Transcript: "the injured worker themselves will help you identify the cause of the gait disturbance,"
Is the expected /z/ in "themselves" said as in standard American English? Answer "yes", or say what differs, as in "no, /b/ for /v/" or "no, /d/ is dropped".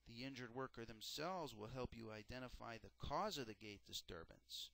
yes